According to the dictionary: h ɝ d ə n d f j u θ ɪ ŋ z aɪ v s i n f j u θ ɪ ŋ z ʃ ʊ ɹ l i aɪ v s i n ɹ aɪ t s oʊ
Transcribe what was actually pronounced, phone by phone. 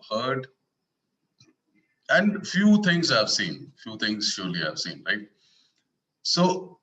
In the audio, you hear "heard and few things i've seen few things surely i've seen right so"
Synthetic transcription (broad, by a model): h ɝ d ə n d f j u t ɪ ŋ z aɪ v s i n f j u t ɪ ŋ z ʃ ʊ ɹ l i aɪ v s i n ɹ aɪ t s oʊ